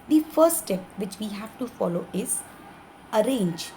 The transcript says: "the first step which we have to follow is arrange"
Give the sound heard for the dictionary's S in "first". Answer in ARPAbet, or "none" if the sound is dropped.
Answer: none